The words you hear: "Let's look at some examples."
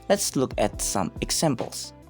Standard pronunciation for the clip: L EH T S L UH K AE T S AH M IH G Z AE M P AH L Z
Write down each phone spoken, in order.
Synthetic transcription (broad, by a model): L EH T S L UH K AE T S AH M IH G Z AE M P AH L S